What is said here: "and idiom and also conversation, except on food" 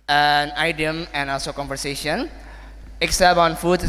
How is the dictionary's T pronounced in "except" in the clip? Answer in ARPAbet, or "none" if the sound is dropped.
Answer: none